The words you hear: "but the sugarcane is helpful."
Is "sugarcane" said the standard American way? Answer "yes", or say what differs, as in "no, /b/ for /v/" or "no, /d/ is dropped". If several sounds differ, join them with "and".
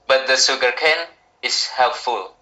no, /s/ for /ʃ/